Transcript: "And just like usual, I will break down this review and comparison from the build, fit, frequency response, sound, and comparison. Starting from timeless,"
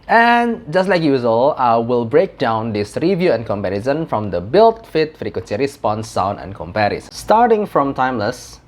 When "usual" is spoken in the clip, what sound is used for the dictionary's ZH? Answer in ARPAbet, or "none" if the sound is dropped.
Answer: Z